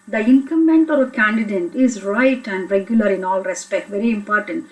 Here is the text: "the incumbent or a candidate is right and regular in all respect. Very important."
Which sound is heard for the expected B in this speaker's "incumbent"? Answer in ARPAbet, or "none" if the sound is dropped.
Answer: none